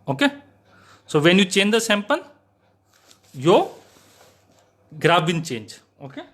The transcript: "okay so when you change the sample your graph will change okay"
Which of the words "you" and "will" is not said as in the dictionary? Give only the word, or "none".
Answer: will